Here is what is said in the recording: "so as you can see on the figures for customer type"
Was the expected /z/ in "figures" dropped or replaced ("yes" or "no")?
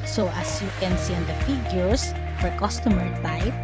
yes